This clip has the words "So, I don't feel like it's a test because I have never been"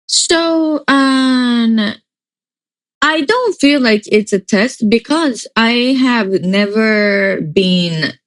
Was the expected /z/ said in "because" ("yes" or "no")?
yes